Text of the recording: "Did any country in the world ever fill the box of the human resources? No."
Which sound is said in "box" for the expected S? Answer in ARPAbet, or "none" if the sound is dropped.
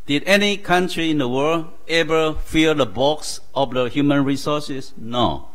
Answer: S